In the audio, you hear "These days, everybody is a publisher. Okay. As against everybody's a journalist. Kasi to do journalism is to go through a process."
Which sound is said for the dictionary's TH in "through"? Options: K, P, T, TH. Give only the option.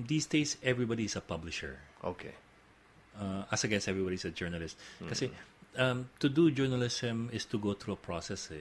T